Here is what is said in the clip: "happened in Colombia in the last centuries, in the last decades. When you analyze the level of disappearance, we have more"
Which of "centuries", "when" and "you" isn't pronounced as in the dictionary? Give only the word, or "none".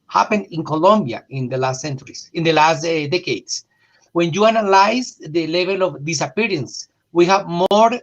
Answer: centuries